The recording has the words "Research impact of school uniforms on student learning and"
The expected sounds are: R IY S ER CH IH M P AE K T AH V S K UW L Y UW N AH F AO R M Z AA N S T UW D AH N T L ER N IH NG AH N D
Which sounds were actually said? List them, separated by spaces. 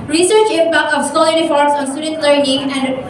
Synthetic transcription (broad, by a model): R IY S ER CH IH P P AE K AH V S AO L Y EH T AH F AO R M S AA N S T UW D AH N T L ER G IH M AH N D